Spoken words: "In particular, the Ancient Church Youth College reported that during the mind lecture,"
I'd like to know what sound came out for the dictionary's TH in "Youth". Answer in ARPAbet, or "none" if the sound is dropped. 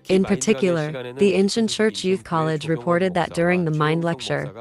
TH